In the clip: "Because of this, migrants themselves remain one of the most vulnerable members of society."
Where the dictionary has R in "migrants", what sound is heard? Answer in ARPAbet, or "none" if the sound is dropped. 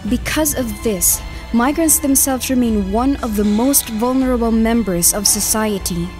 R